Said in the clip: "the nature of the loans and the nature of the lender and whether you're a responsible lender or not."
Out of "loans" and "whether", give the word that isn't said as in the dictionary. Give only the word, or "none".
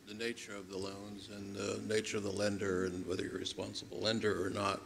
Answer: none